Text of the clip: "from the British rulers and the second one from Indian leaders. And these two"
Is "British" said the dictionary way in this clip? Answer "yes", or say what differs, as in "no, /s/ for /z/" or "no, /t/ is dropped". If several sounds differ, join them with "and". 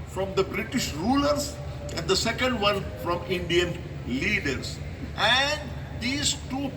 yes